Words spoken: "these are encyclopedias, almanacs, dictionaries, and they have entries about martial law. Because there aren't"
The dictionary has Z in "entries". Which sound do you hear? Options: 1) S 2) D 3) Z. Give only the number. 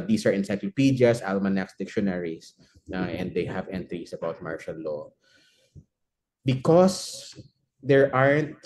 1